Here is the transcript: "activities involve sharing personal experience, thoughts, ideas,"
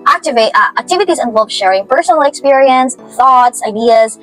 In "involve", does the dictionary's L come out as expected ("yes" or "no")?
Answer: no